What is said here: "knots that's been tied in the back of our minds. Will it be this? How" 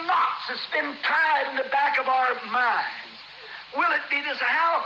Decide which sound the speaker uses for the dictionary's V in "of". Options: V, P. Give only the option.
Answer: V